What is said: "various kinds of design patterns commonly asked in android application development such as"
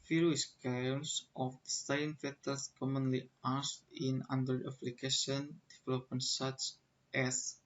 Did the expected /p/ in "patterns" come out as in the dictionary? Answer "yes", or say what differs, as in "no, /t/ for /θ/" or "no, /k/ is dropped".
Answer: no, /f/ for /p/